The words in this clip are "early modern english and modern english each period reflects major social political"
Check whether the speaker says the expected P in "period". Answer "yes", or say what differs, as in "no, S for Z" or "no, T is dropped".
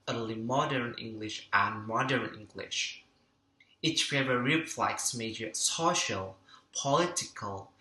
no, F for P